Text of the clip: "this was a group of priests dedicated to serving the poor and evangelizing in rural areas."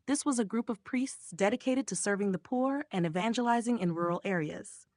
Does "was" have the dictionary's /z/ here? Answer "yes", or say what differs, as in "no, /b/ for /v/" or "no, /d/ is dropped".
yes